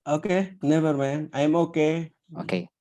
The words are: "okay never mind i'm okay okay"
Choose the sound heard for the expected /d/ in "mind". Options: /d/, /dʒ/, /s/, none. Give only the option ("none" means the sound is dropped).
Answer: none